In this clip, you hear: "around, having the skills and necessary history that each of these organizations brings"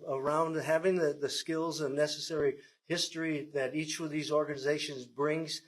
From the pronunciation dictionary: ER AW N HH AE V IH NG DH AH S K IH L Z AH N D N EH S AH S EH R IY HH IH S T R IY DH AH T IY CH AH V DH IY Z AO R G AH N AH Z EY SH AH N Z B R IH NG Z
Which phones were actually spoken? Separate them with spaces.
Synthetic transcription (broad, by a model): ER AW N HH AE V IH NG DH AH S K IH L Z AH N N EH S AH S EH R IY HH IH S T R IY DH AH T IY CH AH V DH IY Z AO R G AH N AH Z EY SH AH N Z B R IH NG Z